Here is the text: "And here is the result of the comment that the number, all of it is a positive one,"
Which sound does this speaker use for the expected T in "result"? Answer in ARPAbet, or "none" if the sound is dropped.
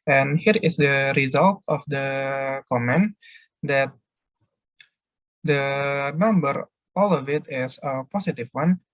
T